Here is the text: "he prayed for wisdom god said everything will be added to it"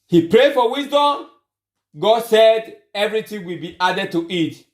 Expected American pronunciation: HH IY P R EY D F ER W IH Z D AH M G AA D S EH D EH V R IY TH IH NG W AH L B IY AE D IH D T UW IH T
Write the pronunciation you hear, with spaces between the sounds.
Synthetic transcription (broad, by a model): HH IY P R EY D F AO W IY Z D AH M G AA D S EH D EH V R IY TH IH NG W AH L B IY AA D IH D T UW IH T